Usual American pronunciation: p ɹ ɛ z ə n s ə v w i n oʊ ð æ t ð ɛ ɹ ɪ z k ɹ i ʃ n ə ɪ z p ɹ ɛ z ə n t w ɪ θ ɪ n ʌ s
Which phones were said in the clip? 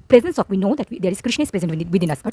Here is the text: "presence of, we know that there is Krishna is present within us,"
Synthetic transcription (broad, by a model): p ɹ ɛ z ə n s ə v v i n oʊ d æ t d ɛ ɹ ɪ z k ɹ i ʃ n ə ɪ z p ɹ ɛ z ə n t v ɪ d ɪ n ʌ s